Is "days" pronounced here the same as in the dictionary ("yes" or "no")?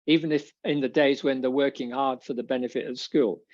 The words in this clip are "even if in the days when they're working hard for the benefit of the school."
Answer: yes